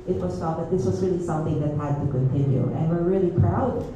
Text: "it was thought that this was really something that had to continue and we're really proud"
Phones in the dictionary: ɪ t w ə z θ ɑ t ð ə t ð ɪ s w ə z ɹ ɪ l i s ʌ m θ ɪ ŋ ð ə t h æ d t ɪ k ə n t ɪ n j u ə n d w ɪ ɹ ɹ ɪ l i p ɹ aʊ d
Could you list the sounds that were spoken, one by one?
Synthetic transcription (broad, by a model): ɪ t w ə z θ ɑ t ð ə t ð ɪ s w ə z ɹ ɪ l i s ʌ m θ ɪ ŋ ð ə t h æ d t ɪ k ə n t ɪ n j u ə n w ɪ ɹ ɹ ɪ l i p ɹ aʊ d